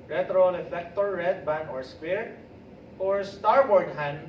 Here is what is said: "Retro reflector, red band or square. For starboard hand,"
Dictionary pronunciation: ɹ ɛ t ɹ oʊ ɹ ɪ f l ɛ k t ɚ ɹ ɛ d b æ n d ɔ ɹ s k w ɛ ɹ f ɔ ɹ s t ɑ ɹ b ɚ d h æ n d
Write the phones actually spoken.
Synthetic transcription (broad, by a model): ɹ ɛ t ɹ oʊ l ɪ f ɛ k t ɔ ɹ ɛ d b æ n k ɔ ɹ s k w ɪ ɹ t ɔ ɹ s t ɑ ɹ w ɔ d h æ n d